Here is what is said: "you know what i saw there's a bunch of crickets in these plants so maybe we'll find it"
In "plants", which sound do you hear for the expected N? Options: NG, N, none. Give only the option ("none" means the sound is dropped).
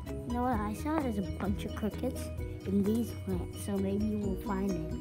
none